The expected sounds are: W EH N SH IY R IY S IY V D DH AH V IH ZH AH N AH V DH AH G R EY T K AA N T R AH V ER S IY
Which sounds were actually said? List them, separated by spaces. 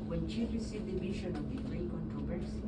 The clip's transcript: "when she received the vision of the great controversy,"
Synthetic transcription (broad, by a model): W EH N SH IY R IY S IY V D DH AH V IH SH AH N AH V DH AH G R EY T K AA N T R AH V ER S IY